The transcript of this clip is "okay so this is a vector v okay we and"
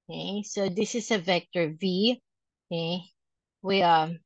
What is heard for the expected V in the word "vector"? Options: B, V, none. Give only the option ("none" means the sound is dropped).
V